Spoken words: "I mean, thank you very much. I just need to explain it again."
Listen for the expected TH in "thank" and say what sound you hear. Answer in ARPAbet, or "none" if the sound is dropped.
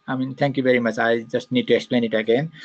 T